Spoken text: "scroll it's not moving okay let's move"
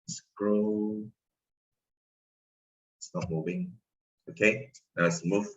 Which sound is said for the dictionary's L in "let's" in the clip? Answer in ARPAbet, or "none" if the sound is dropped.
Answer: N